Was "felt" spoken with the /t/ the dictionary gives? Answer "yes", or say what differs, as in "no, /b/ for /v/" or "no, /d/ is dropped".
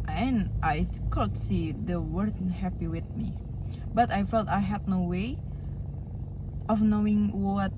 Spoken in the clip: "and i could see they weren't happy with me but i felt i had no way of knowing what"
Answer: yes